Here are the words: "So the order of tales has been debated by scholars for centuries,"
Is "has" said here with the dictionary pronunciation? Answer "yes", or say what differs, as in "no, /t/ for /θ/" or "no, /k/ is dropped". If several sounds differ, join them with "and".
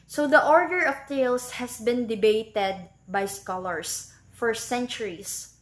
no, /s/ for /z/